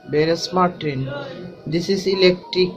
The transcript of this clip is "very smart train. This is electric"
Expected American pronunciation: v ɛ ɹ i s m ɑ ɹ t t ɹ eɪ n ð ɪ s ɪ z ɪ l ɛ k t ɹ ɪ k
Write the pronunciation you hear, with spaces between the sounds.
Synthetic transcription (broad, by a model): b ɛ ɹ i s m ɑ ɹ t t eɪ n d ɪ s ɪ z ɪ l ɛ k t ɹ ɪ k